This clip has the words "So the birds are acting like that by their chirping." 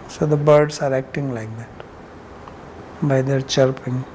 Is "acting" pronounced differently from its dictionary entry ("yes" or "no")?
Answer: no